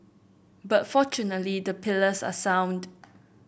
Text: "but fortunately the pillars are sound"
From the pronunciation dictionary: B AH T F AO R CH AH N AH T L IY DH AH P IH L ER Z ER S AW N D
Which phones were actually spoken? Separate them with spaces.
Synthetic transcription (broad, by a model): B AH T F AO CH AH N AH T L IY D AH P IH L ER S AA S AW N D